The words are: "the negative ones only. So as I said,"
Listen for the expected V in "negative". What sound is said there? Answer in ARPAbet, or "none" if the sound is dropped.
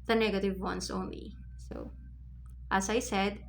V